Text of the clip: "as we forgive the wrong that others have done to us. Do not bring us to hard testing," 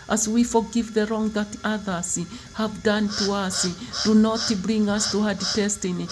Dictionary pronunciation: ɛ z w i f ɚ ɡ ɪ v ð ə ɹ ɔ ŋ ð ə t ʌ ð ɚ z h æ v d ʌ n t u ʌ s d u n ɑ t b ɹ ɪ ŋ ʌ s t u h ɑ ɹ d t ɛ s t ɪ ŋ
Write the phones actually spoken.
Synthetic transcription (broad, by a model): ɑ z w i f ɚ ɡ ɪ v ð ə ɹ ɔ ŋ ð ə t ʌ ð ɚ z h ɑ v d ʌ n t u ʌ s d u n ɑ t b ɹ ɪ ŋ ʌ s t u h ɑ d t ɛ s t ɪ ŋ